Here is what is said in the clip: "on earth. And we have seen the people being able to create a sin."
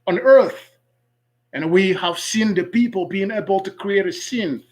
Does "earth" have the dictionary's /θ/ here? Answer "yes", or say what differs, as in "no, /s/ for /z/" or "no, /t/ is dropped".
yes